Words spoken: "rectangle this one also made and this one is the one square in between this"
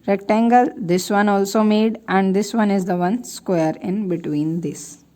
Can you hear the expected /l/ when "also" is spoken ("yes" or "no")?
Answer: yes